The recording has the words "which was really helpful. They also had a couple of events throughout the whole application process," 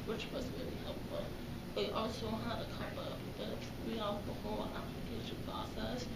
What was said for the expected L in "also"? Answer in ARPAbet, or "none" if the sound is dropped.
L